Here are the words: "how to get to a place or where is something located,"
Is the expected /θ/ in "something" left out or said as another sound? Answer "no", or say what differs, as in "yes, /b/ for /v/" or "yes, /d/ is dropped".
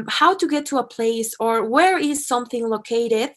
no